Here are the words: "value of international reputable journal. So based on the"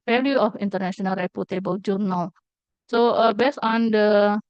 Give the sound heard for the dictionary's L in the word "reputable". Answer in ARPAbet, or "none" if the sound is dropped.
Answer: W